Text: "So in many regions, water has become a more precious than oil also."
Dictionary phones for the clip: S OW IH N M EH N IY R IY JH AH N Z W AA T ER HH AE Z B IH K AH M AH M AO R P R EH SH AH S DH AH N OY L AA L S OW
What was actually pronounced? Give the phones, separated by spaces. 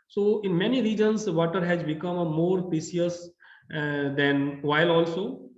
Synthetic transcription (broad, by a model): S OW IH N M EH N IY R IY JH AH N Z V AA T ER HH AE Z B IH K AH AH M AO R P R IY S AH S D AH N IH L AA L S OW